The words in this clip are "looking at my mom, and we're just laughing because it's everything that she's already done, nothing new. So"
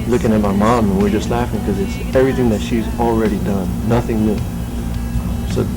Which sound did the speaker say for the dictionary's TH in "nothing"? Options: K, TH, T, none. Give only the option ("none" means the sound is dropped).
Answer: TH